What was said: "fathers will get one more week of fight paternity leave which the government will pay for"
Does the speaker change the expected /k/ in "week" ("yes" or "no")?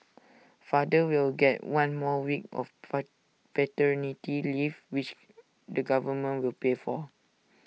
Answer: no